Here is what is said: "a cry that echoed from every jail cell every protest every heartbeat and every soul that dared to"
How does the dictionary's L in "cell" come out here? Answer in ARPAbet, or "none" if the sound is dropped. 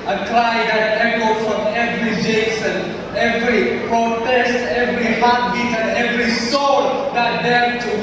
N